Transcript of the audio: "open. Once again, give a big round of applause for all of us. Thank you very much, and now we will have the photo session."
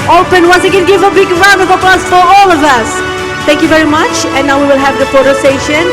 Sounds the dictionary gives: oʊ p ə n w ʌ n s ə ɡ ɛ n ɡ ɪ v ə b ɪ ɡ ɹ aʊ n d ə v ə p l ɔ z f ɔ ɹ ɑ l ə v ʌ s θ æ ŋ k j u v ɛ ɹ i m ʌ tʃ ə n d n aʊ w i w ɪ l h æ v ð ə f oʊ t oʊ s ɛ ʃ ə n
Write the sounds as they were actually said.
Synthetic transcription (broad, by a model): oʊ p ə n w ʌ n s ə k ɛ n ɡ ɪ v ə b ɪ ɡ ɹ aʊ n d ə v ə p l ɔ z f ɔ ɹ ɑ l ə v ʌ s t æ ŋ k j u v ɛ ɹ i m ʌ tʃ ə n n aʊ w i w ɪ l h æ v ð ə p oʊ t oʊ s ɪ ʃ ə n